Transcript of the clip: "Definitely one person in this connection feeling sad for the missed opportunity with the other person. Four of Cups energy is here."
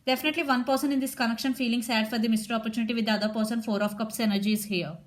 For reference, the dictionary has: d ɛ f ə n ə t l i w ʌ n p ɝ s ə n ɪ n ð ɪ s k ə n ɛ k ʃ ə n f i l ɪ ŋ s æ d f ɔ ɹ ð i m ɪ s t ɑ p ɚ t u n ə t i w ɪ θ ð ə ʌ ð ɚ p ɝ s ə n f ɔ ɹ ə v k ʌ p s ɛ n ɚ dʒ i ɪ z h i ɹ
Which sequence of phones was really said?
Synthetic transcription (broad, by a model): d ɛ f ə n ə t l i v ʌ n p ɝ s ə n ɪ n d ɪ s k ə n ɛ k ʃ ə n f i l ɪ ŋ s æ d f ɔ ɹ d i m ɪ s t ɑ p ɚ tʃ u n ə t i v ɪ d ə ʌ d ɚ p ɝ s ə n f ɔ ɹ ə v k ʌ p s ɛ n ɚ dʒ i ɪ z h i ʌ